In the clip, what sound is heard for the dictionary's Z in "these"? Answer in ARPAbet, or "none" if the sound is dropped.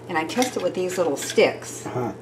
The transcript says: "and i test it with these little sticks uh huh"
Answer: Z